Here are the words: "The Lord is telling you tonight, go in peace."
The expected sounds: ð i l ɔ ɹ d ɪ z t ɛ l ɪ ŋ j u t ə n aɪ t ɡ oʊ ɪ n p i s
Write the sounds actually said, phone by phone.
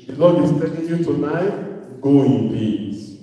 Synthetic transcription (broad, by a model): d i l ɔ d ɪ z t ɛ n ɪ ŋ j u t ə n aɪ t ɡ oʊ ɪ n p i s